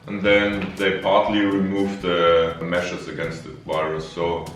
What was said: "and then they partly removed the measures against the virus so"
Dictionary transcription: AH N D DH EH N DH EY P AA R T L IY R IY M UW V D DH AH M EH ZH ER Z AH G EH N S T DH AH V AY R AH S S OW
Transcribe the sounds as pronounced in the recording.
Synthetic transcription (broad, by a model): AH N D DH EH N DH EY P AA R T L IY R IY M UW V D DH AH M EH SH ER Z AH G EH N S T DH AH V AY R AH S S OW